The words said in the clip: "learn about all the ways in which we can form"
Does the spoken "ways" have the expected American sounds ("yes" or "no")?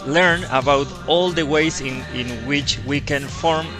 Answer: no